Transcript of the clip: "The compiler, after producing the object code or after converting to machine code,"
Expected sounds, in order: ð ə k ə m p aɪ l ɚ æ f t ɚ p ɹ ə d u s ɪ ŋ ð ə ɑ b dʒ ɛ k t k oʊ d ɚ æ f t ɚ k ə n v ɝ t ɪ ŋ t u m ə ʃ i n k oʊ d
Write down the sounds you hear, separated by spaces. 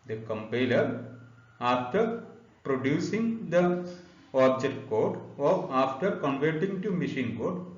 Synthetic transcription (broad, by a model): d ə k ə m p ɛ l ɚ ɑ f t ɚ p ɹ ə d u s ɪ ŋ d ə ɑ b dʒ ɛ k t k oʊ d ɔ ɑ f t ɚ k ə n v ɝ t ɪ ŋ t u m ə ʃ i n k oʊ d